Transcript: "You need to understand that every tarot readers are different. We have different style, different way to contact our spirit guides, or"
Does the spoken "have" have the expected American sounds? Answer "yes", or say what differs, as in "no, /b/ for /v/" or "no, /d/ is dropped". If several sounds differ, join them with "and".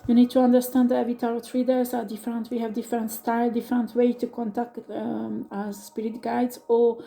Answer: yes